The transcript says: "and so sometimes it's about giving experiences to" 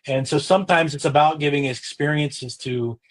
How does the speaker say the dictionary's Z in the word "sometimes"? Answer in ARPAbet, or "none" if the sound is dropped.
Z